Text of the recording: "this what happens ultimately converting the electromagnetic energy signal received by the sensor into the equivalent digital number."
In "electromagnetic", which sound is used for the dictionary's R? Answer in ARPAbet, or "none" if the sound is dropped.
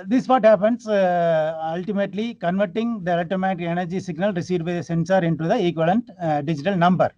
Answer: none